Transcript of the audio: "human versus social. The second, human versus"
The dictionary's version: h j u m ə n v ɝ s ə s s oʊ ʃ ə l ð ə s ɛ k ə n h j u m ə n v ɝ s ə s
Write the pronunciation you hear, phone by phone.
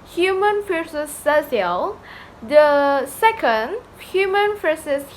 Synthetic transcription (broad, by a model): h j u m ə n f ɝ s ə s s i ə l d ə s ɛ k ə n h j u m ə n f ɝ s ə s